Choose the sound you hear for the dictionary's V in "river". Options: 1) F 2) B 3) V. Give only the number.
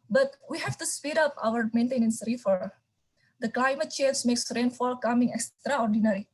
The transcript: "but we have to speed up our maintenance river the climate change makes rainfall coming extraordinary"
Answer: 1